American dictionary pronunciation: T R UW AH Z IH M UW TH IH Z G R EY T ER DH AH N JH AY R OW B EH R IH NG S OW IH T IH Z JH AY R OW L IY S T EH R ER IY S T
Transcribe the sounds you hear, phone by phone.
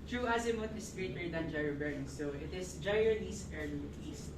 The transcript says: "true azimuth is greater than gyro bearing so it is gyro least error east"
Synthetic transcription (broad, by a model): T R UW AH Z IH M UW T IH S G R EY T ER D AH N JH AY R OW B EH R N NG S OW IH T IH S JH AY R OW N IY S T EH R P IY S